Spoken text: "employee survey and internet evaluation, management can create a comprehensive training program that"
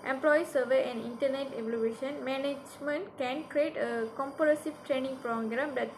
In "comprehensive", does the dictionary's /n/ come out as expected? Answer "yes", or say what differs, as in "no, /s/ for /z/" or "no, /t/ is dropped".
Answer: no, /n/ is dropped